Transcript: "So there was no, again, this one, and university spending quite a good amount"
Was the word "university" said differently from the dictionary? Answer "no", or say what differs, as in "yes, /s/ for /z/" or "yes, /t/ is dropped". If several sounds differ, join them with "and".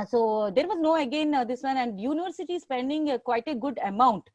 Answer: no